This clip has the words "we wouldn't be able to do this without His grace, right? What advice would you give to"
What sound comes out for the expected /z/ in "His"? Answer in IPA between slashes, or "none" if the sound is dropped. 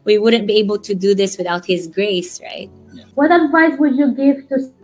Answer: /z/